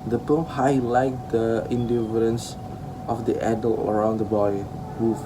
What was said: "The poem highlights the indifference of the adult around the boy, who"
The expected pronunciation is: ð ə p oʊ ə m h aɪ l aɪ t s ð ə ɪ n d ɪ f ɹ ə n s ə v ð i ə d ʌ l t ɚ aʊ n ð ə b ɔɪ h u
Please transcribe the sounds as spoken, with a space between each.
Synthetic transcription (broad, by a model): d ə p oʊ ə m h aɪ l aɪ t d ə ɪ n d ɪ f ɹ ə n s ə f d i ə d ʌ l t ɚ aʊ n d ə b ɔɪ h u